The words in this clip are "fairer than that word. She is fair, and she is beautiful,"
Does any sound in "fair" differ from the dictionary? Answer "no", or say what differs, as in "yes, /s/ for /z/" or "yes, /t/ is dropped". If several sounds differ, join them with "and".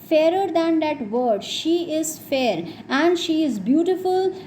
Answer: no